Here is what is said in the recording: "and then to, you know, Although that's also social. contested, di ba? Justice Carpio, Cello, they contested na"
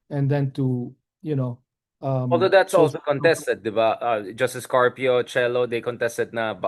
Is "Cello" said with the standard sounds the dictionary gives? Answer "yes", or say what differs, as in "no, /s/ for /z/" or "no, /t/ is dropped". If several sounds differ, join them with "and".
yes